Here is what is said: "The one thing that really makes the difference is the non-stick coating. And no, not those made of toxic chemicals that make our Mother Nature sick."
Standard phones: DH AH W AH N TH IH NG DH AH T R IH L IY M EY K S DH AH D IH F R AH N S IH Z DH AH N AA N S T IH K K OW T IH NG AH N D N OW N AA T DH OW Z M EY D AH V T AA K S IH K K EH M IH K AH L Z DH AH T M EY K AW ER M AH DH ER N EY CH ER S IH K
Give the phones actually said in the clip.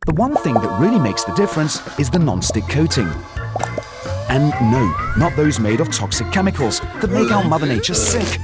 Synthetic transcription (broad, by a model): DH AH W AH N TH IH NG DH AH T R IH L IY M EY K S DH AH D IH F R AH N S IH Z DH AH N AA N S T IH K K OW T IH NG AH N N OW N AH T DH OW Z M EY D AH V T AA K S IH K K EH M IH K AH L Z DH AH T M EY K AW ER M AH DH ER N EY CH ER S IH K